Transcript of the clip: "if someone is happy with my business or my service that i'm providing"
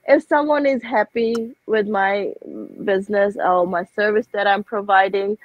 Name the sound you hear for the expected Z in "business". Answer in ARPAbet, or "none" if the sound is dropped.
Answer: Z